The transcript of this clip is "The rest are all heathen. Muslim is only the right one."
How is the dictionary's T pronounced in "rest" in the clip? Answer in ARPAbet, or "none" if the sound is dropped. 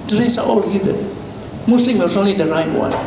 none